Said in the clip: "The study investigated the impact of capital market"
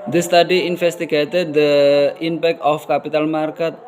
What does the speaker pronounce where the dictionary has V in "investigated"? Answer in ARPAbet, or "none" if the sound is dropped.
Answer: F